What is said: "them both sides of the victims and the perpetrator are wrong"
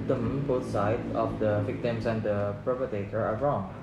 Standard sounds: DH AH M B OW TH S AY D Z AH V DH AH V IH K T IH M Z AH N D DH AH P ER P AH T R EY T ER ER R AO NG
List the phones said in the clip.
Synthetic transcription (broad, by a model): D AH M B OW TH S AY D AH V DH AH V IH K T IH M S AH N D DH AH P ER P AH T EY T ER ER R AO NG